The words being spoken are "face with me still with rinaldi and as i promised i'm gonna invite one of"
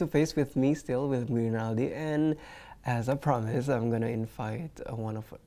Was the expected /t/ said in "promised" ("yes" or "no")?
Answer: no